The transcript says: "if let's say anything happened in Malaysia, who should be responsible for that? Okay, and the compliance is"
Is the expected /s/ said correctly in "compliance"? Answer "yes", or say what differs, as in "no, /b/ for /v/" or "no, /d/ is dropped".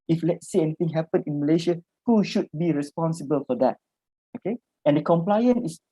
no, /s/ is dropped